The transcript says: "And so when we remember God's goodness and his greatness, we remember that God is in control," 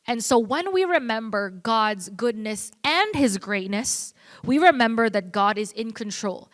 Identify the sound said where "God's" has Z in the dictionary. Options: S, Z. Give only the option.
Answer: Z